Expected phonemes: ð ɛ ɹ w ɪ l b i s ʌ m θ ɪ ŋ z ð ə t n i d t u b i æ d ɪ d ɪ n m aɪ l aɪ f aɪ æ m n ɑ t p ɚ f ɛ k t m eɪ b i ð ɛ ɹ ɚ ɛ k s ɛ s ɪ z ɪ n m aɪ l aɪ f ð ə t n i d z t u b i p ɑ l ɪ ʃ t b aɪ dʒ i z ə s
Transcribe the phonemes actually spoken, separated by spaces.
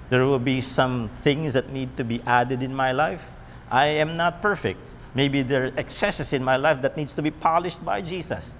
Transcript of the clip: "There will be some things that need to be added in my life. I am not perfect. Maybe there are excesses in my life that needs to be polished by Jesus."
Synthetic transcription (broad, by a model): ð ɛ ɹ w ɪ l b i s ʌ m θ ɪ ŋ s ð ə t n i d t u b i æ d ɪ d ɪ n m aɪ l aɪ f aɪ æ m n ɑ t p ɚ f ɛ k t m eɪ b i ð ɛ ɹ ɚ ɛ k s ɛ s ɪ s ɪ n m aɪ l aɪ f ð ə t n i d s t u b i p ɑ l ɪ ʃ t b aɪ dʒ i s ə s